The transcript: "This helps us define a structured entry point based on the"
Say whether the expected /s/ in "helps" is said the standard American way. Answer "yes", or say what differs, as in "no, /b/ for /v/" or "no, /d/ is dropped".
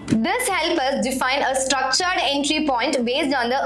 no, /s/ is dropped